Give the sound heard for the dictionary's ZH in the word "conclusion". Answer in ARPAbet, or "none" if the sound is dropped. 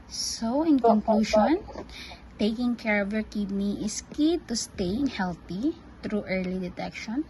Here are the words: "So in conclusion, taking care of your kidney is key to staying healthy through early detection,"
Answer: SH